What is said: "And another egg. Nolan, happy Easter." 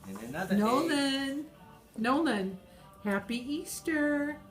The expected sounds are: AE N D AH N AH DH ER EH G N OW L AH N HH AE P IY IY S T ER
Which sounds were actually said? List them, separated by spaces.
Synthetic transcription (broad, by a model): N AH UH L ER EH N OW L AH N HH AE P IY IY S T ER